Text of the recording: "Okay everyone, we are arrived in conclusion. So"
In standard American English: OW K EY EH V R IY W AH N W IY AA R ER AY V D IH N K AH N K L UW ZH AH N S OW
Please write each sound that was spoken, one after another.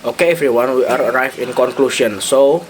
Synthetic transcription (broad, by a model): OW K EY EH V R IY W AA N W IY AA R AY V IH N K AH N K L UW SH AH N S OW